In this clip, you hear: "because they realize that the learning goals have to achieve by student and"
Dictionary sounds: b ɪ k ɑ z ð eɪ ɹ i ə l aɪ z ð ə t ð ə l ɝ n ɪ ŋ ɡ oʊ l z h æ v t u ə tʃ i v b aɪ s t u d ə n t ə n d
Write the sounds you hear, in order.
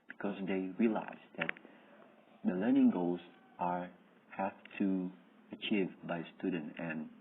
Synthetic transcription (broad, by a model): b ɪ k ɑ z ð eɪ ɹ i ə l aɪ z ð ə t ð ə l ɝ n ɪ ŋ ɡ oʊ l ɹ h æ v t u ə tʃ i v b aɪ s t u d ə n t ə n